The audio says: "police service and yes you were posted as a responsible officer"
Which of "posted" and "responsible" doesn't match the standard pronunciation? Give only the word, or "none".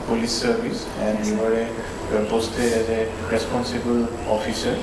posted